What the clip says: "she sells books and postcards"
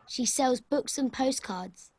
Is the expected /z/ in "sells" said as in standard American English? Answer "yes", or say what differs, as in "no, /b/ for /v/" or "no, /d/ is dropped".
yes